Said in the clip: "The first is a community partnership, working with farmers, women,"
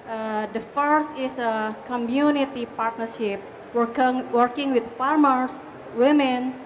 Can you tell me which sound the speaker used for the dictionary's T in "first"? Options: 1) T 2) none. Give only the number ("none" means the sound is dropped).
1